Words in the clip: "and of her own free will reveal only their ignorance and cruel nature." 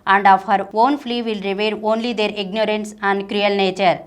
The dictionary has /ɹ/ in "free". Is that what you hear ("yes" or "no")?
no